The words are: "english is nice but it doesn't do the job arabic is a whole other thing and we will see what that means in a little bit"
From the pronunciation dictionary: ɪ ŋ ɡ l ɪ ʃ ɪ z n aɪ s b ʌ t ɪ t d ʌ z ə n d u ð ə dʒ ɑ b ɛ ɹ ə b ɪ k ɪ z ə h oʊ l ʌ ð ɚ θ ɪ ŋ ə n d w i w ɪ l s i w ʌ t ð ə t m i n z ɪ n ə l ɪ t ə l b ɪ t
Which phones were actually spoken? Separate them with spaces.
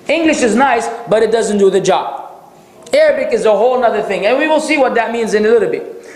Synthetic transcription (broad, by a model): ɪ ŋ ɡ l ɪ ʃ ɪ z n aɪ s b ʌ t ɪ t d ʌ z ə n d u ð ə dʒ ɑ b ɛ ɹ ə b ɪ k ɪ z ə h oʊ l ʌ ð ɚ θ ɪ ŋ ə n w i w ɪ l s i w ʌ t ð ə t m i n z ɪ n ə l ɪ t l b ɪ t